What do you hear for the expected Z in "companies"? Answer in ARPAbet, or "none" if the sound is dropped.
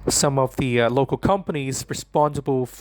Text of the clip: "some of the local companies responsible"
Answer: Z